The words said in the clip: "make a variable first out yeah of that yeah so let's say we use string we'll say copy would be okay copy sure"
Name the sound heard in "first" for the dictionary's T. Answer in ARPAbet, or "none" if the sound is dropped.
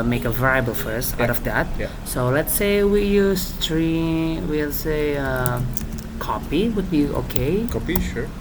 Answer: none